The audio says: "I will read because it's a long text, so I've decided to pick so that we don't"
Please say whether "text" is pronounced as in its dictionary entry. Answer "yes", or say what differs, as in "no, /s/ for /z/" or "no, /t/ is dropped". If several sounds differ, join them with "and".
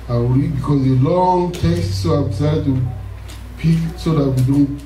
no, /k/ is dropped